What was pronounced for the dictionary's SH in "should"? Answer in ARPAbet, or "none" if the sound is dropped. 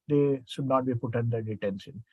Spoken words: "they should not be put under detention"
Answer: S